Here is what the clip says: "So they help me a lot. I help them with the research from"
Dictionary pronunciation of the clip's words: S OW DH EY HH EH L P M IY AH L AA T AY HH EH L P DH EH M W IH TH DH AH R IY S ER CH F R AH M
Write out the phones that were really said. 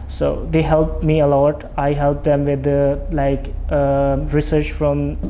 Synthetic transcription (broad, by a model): S OW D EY HH EH L P M IY AH L AA T AY HH EH L P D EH M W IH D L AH R IY S ER CH F R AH M